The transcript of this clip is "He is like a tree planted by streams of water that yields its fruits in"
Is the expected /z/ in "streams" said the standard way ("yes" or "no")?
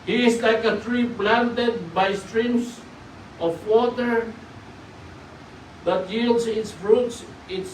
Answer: no